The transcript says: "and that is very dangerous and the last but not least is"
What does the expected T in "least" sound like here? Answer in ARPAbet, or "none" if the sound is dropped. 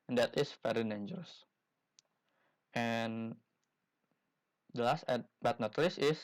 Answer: none